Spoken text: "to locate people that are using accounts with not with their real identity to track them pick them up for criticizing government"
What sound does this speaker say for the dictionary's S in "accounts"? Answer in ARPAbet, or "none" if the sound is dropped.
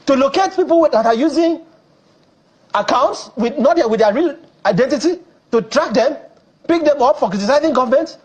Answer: S